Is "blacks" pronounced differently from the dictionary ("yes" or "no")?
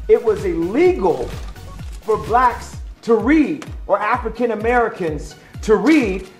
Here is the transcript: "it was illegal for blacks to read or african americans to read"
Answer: no